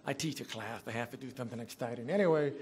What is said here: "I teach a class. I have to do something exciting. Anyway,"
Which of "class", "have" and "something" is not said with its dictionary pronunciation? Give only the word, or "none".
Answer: have